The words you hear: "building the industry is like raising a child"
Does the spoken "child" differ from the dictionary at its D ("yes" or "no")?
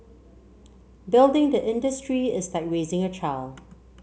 yes